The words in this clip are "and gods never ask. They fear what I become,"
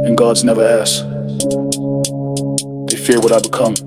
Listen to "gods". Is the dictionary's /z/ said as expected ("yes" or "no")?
yes